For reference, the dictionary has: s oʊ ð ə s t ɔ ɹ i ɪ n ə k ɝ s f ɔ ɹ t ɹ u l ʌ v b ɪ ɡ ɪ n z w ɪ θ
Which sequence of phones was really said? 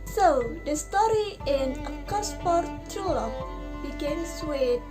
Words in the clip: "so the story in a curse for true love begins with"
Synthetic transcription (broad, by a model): s oʊ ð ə s t ɔ ɹ i ɪ n ə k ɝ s p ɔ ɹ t u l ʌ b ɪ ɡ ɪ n s w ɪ